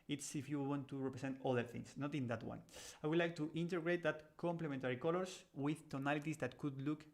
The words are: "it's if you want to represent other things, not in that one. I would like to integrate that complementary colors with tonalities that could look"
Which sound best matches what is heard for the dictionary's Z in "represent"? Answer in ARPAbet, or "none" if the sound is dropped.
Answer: S